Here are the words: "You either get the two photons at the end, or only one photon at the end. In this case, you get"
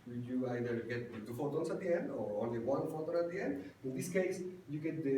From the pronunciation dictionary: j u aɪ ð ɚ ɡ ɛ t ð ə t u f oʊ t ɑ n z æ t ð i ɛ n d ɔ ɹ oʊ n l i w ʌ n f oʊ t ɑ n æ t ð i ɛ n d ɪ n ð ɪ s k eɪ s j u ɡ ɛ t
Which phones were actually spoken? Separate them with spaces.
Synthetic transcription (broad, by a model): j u aɪ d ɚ ɡ ɛ t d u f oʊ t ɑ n s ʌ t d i ɛ n d ɔ ɹ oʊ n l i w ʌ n f oʊ t ɑ n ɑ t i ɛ n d ɪ n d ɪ s k eɪ s j u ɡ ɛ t